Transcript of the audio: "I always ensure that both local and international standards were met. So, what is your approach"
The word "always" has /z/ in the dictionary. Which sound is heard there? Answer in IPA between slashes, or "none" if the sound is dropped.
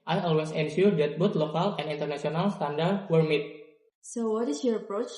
/s/